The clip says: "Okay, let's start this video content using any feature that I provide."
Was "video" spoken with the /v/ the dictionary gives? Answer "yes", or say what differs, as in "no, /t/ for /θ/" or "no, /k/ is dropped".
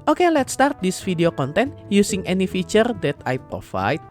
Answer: no, /f/ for /v/